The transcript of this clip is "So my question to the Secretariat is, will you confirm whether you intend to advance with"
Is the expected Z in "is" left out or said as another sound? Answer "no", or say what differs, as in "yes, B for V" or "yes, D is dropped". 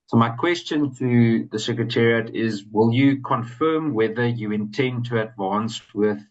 no